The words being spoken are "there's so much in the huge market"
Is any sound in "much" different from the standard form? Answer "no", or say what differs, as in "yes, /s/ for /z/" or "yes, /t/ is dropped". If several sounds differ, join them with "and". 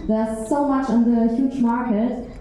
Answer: no